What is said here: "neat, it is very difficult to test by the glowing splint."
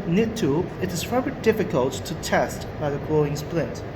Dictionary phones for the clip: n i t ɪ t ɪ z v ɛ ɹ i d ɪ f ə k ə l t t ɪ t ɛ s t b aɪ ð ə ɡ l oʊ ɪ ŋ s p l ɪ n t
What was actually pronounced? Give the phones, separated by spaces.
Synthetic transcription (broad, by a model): n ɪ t ɪ t ɪ z f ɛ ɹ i d ɪ f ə k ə l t t ɪ t ɛ s t b aɪ ð ə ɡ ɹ oʊ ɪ ŋ s p l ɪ n t